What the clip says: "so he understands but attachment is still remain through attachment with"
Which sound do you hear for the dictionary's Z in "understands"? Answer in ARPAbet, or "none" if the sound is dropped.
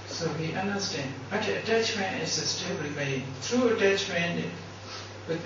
none